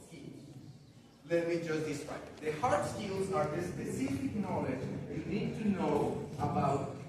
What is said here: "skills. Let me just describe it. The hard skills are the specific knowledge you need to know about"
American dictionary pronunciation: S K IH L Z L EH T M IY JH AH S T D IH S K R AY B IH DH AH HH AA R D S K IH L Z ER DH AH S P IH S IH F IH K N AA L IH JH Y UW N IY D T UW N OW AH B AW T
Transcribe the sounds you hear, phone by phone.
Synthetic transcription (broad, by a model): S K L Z L EH T M IY JH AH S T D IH S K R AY IH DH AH HH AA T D S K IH L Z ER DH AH S P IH S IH F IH K N AA L IH JH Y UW N IY D T UW N OW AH B AW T